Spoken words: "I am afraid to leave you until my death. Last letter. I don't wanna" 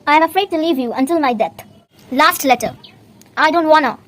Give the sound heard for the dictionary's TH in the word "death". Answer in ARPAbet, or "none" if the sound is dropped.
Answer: T